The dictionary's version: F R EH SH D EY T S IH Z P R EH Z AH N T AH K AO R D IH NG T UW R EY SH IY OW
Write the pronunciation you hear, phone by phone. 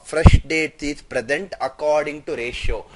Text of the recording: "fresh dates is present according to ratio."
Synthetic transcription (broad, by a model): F R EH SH D EY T IH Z P R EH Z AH N T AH K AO R D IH NG T UW R EY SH OW